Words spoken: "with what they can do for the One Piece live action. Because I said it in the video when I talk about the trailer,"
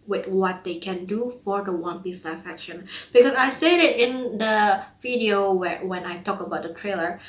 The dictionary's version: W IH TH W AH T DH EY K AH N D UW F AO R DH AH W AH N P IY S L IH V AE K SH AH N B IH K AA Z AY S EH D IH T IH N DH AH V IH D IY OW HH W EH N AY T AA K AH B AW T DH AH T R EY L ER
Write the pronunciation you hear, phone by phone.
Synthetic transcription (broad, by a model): W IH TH W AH T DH EY K AH N D UW F AO R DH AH W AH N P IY S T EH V AE K SH AH N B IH K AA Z AY S EH D IH T IH N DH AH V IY D IY OW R W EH N AY T AA K AH B AW T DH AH T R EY L ER